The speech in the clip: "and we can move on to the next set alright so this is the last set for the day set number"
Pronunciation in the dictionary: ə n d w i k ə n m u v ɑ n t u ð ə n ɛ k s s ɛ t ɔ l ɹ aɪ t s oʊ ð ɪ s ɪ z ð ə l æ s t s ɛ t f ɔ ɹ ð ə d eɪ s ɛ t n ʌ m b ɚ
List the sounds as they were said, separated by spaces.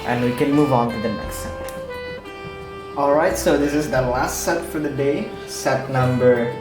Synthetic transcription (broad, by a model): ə n w i k ə n m u v ɑ n t u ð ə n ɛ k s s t ɔ l ɹ aɪ t s oʊ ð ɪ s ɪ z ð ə l æ s t s ɛ t f ɔ ɹ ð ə d eɪ s ɛ t n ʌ m b ɚ